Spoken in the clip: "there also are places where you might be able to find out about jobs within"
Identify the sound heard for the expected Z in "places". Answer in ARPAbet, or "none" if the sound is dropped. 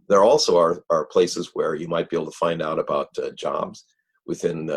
Z